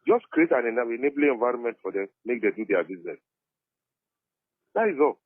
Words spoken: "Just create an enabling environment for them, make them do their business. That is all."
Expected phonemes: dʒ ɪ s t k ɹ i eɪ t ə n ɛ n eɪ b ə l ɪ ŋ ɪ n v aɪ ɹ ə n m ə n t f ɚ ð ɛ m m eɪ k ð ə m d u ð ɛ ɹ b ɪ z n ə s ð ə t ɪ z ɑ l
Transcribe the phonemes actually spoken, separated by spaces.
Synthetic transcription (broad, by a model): dʒ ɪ s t k ɹ i eɪ t ə n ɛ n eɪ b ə n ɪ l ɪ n v aɪ ɹ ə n m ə n t f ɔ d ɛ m m eɪ k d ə d u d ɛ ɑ b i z n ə s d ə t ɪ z ɑ l